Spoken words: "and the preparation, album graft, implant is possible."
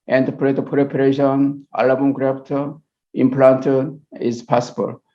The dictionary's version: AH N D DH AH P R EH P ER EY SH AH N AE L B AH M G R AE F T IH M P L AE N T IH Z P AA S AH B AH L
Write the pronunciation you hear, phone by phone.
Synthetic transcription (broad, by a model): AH N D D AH P R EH P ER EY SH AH N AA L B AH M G R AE P T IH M P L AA N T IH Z P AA S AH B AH L